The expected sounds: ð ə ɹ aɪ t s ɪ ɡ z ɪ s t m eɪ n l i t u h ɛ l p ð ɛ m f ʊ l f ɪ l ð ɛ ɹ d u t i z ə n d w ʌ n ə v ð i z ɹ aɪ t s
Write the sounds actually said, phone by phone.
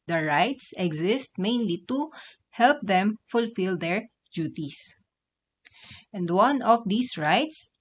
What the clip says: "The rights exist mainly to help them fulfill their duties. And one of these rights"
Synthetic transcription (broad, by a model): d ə ɹ aɪ t s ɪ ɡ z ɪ s t m eɪ n l i t u h ɛ l p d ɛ m f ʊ l f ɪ l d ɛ ɹ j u t i s ə n d w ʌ n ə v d i s ɹ aɪ t s